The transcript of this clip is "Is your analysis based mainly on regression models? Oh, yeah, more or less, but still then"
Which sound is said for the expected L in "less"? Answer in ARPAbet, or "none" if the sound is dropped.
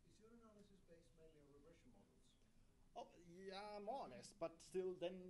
N